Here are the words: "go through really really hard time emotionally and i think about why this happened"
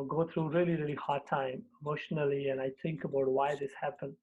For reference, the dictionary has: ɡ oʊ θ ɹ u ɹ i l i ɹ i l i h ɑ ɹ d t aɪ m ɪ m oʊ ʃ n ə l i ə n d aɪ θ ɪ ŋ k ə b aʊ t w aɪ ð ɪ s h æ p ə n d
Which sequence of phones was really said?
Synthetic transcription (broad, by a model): ɡ oʊ t ɹ u ɹ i l i ɹ i l i h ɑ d t aɪ m ɪ m oʊ ʃ n ə l i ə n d aɪ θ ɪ ŋ k ə b aʊ t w aɪ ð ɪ s h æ p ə n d